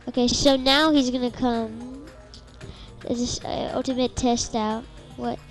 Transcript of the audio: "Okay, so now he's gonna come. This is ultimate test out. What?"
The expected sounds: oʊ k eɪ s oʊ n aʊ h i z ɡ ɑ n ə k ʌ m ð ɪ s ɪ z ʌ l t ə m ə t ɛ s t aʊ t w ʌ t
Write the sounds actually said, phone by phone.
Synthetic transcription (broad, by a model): oʊ k eɪ s oʊ n aʊ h i z ɡ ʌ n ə k ʌ m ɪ ɪ s ʌ l t ə m ə t ɛ s t aʊ t w ʌ t